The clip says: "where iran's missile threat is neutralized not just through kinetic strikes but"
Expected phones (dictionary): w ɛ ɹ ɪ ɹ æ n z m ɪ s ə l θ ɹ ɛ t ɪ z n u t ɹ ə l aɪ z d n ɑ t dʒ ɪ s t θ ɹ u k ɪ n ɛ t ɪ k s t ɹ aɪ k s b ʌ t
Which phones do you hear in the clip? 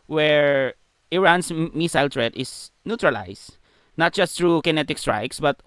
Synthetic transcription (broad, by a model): w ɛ ɹ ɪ ɹ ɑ n s m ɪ s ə l t ɹ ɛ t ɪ s n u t ɹ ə l aɪ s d n ɑ t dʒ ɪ s t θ ɹ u k ɪ n ɛ t ɪ k s t ɹ aɪ k s b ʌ t